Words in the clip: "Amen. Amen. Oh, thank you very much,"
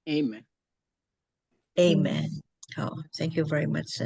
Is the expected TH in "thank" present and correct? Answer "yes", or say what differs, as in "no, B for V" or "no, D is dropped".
yes